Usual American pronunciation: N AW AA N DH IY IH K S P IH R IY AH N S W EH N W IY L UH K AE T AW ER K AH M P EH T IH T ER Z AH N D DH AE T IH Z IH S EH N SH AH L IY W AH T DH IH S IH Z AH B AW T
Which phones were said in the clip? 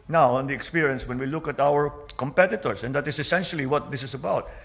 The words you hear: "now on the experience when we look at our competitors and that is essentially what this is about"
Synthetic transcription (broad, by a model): N AW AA N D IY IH K S P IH R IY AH N S W EH N W IY L UH K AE T AW ER K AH M P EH T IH T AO S AH N D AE T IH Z IH S EH N SH AH L IY W AH T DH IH S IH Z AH B AW T